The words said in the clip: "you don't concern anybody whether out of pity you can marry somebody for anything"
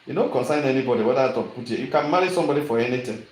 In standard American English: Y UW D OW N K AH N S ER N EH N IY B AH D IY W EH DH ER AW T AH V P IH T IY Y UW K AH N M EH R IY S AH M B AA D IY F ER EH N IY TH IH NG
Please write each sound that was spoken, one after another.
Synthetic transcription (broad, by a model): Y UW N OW K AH N S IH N EH N IY B AH D IY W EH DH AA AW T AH P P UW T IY Y UW K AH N M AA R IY S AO M B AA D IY F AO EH N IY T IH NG